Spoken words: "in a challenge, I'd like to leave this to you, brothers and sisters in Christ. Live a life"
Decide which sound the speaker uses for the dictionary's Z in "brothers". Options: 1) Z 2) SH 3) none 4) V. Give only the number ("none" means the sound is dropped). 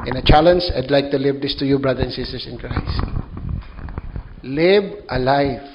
3